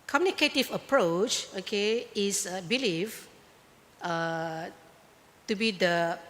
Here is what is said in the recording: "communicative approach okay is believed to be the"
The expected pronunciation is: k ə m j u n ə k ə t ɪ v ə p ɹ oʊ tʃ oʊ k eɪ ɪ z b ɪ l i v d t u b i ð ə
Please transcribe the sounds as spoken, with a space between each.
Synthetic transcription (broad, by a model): k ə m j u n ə k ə t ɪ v ə p ɹ oʊ tʃ oʊ k eɪ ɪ s b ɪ l i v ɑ t u b i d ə